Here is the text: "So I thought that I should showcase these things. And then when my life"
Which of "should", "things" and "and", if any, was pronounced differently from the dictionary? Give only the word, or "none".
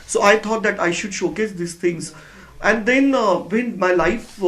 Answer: things